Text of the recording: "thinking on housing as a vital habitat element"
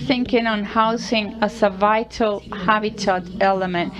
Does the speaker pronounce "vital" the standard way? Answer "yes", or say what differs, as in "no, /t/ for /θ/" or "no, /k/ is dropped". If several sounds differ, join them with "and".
yes